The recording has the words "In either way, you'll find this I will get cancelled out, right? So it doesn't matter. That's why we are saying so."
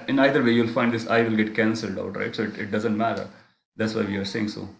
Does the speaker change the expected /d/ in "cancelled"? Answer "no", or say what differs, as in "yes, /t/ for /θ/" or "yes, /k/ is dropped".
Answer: no